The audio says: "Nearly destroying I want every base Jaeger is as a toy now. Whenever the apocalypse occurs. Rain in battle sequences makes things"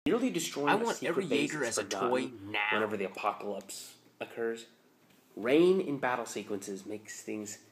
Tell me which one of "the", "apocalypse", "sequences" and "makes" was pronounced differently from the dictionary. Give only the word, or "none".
none